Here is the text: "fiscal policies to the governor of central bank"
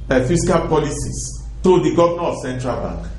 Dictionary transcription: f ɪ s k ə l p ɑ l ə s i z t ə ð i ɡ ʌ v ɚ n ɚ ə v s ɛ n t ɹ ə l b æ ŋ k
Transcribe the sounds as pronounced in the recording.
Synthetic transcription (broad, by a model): f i s k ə l p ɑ l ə s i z t ə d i ɡ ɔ v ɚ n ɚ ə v s ɛ n t ɹ ə l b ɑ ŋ k